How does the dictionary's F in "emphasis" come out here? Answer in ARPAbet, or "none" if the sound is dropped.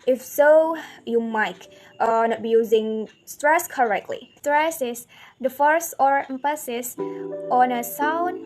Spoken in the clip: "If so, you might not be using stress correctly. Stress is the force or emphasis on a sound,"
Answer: P